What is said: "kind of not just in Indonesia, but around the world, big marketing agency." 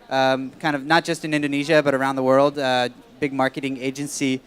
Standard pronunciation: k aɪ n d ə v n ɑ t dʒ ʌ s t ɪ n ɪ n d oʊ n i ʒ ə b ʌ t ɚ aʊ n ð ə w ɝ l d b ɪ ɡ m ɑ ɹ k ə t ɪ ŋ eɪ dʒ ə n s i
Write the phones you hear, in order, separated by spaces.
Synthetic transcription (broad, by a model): k aɪ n d ə v n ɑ t dʒ ʌ s t ɪ n ɪ n d oʊ n i ʒ ə b ʌ t ɚ aʊ n ð ə w ɝ l d b ɪ ɡ m ɑ ɹ k ə t ɪ ŋ eɪ dʒ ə n s i